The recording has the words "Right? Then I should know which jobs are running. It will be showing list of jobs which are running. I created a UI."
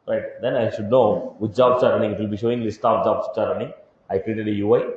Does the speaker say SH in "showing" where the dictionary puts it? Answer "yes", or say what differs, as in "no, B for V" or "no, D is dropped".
yes